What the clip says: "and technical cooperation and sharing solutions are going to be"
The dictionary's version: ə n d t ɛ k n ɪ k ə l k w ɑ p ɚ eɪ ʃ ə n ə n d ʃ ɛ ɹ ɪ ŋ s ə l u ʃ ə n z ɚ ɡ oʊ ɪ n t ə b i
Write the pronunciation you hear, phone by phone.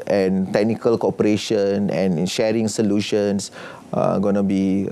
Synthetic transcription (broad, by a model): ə n t ɛ k n ɪ k ə l k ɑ p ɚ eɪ ʃ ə n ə n ʃ ɛ ɹ ɪ ŋ s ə l u ʃ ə n s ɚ ɡ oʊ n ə b i